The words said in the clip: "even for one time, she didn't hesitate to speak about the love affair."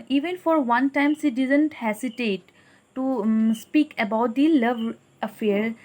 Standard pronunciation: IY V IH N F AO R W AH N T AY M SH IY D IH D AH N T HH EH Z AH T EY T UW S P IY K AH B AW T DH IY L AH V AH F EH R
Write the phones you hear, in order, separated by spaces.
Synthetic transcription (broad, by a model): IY V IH N F AO R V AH N T AY M S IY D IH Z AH N T HH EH S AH T EY T UW S P IY K AH B AW T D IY L AH V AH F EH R